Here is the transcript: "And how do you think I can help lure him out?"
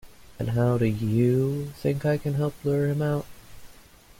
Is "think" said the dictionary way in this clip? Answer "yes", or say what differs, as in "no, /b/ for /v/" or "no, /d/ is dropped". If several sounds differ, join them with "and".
yes